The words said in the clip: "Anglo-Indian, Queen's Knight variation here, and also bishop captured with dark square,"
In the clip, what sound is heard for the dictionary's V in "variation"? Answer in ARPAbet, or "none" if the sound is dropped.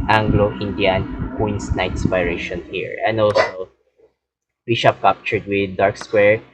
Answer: P